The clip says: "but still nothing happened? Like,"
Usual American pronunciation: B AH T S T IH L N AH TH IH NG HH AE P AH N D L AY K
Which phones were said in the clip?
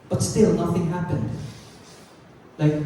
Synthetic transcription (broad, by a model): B AH T S T IH L N AH TH IH NG HH AE P AH N D L AY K